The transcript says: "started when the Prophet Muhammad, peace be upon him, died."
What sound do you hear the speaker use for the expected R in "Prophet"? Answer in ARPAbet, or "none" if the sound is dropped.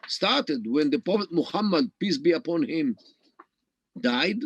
none